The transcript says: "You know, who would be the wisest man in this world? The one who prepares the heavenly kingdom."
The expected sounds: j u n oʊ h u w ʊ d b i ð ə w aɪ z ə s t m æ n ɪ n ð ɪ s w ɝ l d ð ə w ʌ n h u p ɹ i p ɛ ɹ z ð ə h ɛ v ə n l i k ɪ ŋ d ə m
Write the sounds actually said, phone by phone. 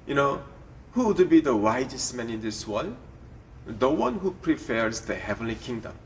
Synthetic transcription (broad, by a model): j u n oʊ h u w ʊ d b i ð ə w aɪ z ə s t m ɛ n ɪ n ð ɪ s w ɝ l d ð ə w ʌ n h u p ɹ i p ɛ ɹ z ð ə h ɛ v ə n l i k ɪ ŋ d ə m